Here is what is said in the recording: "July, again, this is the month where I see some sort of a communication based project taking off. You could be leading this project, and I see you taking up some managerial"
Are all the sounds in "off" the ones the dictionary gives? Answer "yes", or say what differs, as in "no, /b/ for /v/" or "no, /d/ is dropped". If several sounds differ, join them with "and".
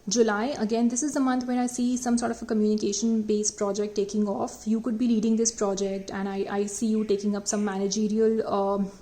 yes